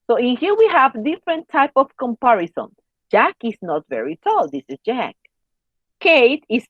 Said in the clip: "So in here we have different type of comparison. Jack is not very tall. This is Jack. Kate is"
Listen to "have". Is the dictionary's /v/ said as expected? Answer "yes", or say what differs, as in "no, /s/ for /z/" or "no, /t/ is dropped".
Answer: yes